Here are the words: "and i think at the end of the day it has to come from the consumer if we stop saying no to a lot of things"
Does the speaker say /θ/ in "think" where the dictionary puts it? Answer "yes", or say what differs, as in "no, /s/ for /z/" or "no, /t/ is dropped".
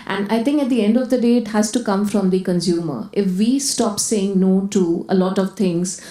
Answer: no, /t/ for /θ/